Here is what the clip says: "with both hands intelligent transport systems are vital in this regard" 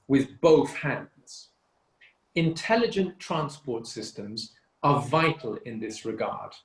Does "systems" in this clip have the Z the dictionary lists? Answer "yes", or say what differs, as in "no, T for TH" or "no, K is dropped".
yes